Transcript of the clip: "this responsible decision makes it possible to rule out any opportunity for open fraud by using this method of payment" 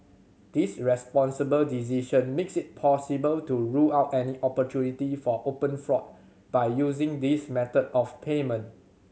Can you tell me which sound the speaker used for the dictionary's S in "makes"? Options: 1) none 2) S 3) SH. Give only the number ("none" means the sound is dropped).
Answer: 2